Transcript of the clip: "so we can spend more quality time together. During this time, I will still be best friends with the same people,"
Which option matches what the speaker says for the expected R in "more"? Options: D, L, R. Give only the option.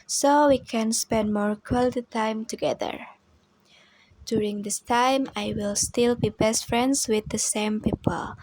R